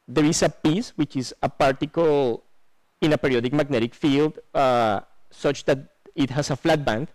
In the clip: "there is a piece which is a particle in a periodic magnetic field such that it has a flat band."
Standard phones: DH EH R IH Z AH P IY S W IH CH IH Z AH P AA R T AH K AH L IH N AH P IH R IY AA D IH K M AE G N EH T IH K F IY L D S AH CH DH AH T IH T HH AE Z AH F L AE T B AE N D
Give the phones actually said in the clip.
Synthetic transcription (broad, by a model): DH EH R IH S AH P IY S W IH CH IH S AH P AA R T AH K AH L IH N AH P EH R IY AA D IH K M AE G N EH T IH K F IY L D S AH CH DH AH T IH T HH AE S AH F L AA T B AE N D